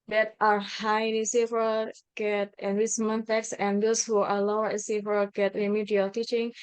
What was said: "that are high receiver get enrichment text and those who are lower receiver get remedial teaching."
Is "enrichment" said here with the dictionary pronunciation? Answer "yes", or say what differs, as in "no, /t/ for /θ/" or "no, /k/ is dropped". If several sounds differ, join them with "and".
no, /s/ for /tʃ/